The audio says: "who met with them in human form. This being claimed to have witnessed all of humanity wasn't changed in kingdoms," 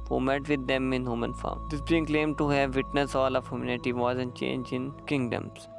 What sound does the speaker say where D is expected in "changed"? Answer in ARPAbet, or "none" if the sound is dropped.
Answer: none